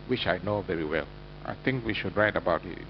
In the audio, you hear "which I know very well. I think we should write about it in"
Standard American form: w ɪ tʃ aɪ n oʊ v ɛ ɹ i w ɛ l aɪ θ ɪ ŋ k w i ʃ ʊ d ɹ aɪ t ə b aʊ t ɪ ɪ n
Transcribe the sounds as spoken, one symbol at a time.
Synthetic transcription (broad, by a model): w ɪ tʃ aɪ n oʊ v ɛ ɹ i w ɛ l aɪ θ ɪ ŋ k w i ʃ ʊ d ɹ aɪ t ə b aʊ t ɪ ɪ